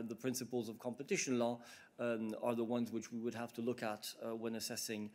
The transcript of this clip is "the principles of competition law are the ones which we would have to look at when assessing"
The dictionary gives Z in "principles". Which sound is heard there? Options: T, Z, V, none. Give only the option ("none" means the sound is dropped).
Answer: Z